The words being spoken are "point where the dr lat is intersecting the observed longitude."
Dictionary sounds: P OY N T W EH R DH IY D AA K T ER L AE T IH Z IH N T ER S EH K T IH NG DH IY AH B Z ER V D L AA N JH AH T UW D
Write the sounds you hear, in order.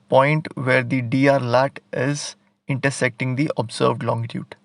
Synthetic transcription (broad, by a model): P OY N T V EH R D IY D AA T L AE T IH Z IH N T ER S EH K T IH NG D IY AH B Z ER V D L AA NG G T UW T